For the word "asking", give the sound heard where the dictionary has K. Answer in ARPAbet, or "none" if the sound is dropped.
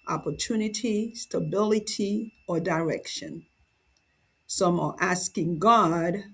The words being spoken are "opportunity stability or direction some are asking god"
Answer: K